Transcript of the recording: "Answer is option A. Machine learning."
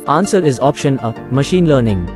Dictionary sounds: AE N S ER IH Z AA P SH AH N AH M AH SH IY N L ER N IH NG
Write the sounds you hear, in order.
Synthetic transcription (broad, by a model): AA N S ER IH Z AA P SH AH N AH M AH SH IY N L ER N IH NG